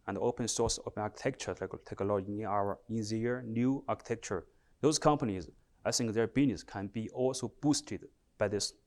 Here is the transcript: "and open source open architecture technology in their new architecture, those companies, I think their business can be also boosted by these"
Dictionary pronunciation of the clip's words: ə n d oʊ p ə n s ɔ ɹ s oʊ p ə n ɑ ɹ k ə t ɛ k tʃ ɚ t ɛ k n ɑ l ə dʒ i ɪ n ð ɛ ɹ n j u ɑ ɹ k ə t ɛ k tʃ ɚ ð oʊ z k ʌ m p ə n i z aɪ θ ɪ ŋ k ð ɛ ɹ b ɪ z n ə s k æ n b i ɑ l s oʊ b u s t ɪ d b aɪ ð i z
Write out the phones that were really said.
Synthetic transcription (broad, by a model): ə n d oʊ p ə n s ɔ ɹ s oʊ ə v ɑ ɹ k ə t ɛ k tʃ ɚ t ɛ k l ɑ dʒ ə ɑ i ɪ n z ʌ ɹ n j u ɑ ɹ k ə t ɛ k tʃ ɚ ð oʊ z k ʌ m p ə n i z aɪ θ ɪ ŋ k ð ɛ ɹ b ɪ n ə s k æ n b i ɑ l s oʊ b u s t ɪ d b aɪ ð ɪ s